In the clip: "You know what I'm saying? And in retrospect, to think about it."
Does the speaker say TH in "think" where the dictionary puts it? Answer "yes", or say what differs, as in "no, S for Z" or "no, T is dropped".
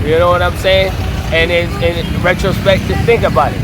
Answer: yes